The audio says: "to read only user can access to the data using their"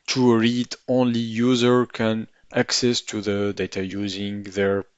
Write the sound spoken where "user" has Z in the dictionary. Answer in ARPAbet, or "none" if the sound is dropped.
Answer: Z